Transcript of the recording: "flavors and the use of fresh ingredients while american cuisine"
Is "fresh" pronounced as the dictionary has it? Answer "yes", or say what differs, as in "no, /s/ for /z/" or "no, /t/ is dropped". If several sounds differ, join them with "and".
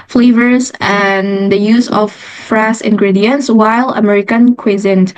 no, /s/ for /ʃ/